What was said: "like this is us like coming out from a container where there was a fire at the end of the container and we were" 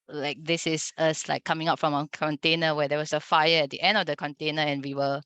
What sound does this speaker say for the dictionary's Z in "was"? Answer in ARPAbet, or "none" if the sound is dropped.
S